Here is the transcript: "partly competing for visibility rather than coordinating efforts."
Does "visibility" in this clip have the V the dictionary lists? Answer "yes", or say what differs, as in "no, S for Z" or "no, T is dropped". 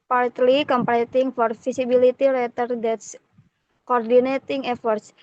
no, F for V